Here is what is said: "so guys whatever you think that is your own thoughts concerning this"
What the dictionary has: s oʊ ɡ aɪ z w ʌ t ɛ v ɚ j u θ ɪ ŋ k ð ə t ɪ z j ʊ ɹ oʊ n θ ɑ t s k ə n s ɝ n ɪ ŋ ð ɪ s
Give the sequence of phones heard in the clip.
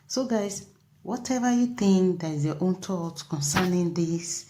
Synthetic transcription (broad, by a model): s oʊ ɡ aɪ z w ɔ t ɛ v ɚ j u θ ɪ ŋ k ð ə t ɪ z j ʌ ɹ oʊ n t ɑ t k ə n s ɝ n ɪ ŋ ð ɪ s